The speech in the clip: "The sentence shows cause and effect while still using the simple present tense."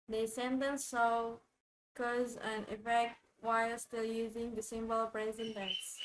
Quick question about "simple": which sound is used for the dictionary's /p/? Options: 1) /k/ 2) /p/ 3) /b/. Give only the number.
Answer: 3